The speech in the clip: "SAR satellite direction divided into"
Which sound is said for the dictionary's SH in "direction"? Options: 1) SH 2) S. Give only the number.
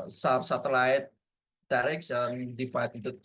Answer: 2